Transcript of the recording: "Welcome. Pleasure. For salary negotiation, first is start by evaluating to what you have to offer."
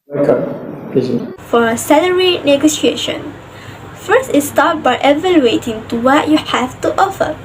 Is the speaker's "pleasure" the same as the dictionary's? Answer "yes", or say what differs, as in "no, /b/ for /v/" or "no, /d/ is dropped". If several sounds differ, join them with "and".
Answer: no, /z/ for /ʒ/